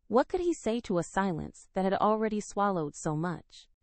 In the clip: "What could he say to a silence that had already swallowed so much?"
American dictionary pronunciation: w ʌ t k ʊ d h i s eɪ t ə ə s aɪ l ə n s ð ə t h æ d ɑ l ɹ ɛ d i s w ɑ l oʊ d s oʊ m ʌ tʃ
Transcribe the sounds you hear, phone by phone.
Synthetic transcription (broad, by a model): w ʌ t k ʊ d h i s eɪ t ə ə s aɪ l ə n s ð ə t h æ d l ɹ ɛ d i s w ɑ l oʊ d s oʊ m ʌ tʃ